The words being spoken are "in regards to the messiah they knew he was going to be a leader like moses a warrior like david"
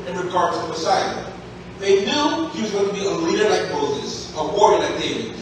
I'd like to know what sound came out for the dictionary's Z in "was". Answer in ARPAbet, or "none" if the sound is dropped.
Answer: Z